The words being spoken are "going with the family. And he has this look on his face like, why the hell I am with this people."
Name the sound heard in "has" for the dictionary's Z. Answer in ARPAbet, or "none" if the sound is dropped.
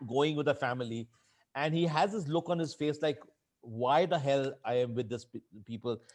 Z